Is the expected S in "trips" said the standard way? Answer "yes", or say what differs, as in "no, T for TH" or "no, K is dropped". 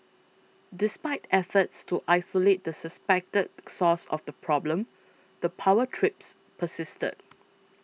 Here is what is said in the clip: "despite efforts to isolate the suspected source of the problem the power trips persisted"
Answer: yes